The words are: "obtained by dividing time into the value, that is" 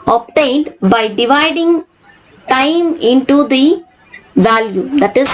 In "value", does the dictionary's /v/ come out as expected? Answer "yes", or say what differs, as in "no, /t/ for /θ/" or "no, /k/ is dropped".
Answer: yes